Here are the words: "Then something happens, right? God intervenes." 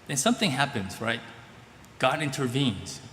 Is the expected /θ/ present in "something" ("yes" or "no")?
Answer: yes